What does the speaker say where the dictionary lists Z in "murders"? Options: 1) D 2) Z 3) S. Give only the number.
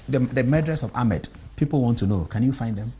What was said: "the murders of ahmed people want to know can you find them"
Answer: 3